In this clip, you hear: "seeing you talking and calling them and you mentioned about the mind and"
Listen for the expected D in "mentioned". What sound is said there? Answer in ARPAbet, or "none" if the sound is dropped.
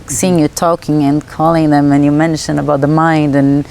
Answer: none